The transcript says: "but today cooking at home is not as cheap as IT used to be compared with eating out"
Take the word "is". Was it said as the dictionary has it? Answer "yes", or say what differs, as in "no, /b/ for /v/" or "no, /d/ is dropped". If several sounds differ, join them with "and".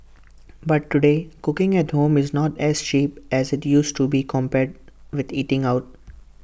yes